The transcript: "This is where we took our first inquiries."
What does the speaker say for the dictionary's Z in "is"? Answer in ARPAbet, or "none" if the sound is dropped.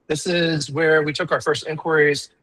Z